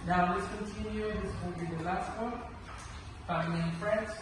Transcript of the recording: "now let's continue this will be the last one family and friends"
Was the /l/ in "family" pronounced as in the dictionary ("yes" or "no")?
no